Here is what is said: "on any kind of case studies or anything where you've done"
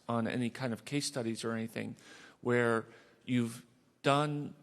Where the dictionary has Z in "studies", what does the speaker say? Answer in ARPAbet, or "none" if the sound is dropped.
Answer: Z